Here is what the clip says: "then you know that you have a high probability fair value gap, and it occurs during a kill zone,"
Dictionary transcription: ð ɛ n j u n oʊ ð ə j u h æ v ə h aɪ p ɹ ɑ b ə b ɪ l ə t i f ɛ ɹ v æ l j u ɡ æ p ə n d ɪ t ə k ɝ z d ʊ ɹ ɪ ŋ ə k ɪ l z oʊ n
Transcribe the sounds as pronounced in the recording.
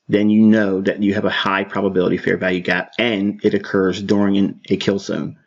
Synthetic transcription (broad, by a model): ð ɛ n j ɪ n oʊ ð ə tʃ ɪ v ə h aɪ p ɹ ɑ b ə b ɪ l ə t i f ɛ ɹ v æ l j u ɡ æ p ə n ɪ t ə k ɝ z d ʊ ɹ ɪ ŋ ə k ɪ l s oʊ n